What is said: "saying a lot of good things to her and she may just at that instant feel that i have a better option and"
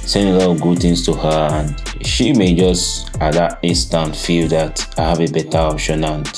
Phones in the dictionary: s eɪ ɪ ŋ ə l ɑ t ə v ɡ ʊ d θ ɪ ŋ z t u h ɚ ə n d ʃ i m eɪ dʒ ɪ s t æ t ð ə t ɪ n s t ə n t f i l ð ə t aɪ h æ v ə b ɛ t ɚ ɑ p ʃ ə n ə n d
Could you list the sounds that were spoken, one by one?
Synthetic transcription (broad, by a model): s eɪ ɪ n ə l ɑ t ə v ɡ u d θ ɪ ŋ s t u h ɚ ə n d ʃ i m eɪ dʒ ɪ s t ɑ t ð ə t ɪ n s t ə n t f i l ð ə t aɪ h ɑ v ə b ɛ t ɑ ɑ p ʃ ə n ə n